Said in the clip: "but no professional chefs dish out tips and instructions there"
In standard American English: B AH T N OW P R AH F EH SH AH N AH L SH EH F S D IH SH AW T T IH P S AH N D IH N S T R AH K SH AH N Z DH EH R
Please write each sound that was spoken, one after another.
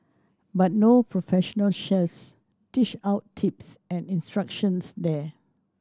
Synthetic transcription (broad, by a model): B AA T N OW P R AH F EH SH AH N AH L SH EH S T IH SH AW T T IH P S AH N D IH N S T R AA K SH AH N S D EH